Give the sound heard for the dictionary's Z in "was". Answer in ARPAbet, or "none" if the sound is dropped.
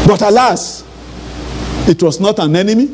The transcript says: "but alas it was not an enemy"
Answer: S